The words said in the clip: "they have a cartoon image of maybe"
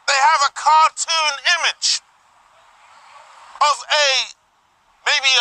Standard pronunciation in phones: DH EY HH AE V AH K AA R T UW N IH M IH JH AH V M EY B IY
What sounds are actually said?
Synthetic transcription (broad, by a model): DH EY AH V AH K AA R T UW N IH M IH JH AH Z M EY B IY